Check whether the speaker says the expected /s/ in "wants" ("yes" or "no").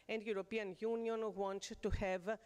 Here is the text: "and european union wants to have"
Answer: no